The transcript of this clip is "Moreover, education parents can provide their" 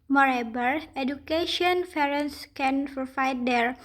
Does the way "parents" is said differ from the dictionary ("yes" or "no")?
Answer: yes